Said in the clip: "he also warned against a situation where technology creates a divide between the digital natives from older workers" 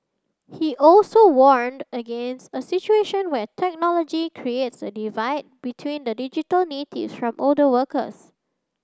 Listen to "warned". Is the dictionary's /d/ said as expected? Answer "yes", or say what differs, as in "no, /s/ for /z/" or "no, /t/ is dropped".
yes